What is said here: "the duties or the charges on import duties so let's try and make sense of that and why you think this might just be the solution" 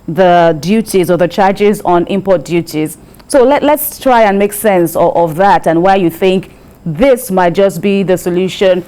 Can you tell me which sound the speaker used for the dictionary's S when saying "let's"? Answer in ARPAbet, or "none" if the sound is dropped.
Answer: S